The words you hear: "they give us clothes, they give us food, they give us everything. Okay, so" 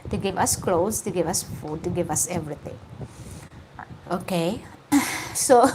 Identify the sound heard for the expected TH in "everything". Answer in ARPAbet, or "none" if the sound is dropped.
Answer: T